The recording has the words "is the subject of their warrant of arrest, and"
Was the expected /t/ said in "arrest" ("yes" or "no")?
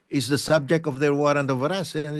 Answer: no